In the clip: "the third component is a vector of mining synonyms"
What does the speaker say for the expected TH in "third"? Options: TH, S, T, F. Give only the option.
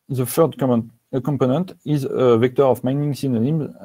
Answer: F